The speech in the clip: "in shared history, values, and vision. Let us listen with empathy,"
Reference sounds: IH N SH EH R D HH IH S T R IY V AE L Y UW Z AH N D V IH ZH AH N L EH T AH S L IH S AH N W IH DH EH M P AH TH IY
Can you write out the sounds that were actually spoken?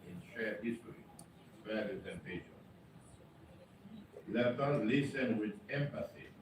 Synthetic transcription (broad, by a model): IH N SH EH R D HH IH S T R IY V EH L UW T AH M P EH SH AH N L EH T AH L L IH S AH N W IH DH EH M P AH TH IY